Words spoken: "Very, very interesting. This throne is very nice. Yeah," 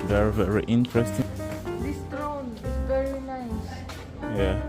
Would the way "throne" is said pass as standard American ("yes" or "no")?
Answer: no